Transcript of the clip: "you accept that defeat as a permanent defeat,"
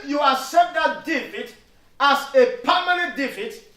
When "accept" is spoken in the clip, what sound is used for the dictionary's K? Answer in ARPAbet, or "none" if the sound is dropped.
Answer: none